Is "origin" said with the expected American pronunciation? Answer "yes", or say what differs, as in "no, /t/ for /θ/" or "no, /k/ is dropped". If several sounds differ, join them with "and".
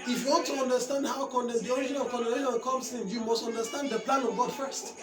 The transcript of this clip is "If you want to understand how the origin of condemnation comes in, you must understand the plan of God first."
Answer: no, /ʃ/ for /dʒ/